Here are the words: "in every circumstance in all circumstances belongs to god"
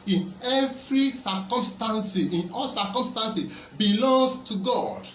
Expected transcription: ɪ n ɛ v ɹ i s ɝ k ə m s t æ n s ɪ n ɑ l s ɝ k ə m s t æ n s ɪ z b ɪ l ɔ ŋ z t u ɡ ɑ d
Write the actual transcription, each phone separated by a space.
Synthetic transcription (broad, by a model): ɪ n ɛ v ɹ i s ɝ k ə m s t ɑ n s ɪ n ɑ l s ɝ k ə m s t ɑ n s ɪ b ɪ l ɔ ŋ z t u ɡ ɑ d